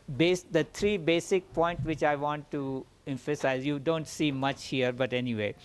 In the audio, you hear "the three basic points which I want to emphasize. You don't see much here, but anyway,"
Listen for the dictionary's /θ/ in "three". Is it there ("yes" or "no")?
no